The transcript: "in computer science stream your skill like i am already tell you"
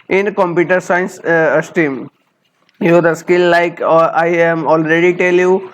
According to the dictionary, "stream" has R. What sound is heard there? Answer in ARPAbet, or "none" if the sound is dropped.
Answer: none